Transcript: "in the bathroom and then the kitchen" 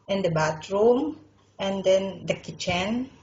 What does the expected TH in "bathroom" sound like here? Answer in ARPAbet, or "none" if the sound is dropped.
T